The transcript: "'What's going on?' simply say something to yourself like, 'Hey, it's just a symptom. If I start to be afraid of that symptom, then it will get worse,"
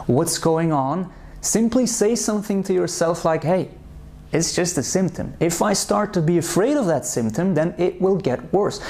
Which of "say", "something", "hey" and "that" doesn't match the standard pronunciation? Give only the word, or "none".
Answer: none